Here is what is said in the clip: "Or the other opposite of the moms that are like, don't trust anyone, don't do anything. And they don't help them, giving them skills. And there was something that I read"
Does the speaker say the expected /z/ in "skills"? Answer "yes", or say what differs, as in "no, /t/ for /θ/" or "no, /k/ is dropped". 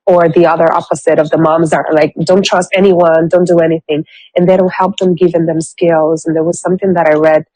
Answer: yes